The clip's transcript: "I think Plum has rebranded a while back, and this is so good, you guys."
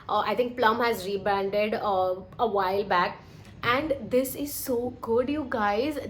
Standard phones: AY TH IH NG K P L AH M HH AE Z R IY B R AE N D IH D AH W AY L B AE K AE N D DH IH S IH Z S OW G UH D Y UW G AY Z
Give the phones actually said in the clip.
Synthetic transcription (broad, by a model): AY T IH NG K P L AH M HH AE Z R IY B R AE N D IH D AH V AY L B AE K AE N D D IH S IH Z S OW G UH D Y UW G AY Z